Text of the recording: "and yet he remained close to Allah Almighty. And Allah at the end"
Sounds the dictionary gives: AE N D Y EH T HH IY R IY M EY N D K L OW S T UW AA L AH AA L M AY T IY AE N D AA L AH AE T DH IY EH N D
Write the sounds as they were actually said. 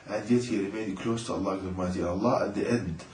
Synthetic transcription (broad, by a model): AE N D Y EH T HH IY R IY M EY N D K L OW S T UW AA L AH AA M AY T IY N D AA L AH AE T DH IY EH N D